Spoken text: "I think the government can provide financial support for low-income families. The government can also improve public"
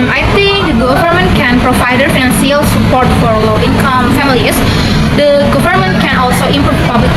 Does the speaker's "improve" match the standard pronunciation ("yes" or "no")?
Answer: no